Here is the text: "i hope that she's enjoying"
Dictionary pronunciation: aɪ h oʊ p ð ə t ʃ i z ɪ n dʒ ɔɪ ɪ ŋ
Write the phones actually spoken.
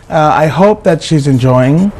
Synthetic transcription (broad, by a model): aɪ h oʊ p ð ə t ʃ i z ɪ n dʒ ɔɪ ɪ ŋ